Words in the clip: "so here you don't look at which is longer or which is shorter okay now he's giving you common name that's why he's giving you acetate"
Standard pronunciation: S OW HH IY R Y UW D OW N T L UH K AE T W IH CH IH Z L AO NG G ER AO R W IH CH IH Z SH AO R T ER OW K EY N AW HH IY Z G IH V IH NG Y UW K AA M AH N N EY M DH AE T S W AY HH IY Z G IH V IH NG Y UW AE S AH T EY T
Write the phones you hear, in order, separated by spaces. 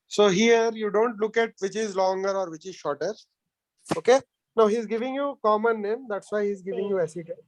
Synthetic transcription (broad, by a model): S OW HH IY R Y UW D OW N T L UH K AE T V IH CH IH Z L AO NG G ER AO R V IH CH IH Z SH AO R T ER OW K EY N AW HH IY Z G IH V IH NG Y UW K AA M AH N N EY M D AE T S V AY HH IY Z G IH V IH NG Y UW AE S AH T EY